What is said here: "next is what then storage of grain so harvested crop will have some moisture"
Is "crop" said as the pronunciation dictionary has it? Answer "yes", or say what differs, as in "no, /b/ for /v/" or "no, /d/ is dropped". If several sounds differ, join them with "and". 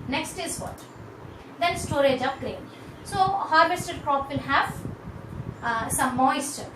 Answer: yes